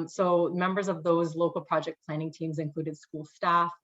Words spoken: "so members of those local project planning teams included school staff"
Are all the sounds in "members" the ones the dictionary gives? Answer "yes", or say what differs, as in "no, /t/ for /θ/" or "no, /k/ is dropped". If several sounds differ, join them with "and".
yes